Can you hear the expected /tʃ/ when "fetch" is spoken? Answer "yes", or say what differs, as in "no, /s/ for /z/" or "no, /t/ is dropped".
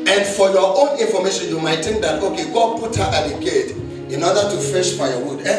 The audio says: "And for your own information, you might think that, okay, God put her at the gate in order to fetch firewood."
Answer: no, /ʃ/ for /tʃ/